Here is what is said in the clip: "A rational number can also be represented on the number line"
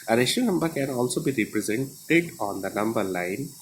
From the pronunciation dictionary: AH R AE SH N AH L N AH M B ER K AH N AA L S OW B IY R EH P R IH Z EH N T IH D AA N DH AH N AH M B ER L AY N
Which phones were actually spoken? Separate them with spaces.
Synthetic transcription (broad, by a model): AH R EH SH AH N AH M B ER K AH N AA L S OW B IY R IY P R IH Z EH N T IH D AA N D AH N AH M B ER L AY N